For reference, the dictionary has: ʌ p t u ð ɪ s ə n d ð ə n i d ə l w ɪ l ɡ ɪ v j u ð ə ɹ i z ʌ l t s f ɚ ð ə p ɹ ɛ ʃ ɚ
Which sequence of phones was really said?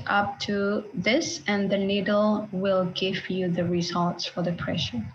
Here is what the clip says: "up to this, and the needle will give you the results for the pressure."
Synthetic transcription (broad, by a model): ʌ p t u ð ɪ s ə n ð ə n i d l w ɪ l ɡ ɪ v j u ð ə ɹ i z ʌ l t s f ɚ ð ə p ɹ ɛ ʃ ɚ